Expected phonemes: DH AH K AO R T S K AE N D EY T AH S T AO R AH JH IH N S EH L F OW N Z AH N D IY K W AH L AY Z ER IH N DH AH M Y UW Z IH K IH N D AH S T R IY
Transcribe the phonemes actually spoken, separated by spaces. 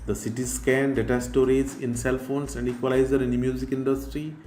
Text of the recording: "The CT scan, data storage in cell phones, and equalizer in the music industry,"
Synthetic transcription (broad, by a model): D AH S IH T S K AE N D EY T AH S T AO R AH Z IH N S EH L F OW N S AH N D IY K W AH L AY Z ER IH N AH M Y UW Z IH K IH N D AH S T R IY